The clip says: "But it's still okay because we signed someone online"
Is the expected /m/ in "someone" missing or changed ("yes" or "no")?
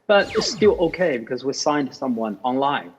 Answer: no